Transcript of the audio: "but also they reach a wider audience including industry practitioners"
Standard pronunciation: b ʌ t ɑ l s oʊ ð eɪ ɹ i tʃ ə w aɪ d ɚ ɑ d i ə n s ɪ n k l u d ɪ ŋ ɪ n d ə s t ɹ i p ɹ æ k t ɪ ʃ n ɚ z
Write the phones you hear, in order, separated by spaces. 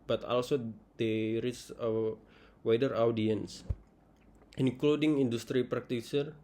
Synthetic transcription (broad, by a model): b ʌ t ɑ l s oʊ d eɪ ɹ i s ə w aɪ d ɚ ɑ d i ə n s ɪ n k l u d ɪ ŋ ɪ n d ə s t ɹ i p ɹ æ k t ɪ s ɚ